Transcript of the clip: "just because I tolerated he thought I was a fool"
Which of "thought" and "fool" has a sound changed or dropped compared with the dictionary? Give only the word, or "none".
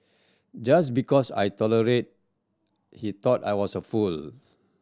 thought